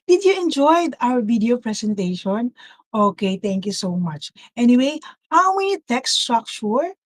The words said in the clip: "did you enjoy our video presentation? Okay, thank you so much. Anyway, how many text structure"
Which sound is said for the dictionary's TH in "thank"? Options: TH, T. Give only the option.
T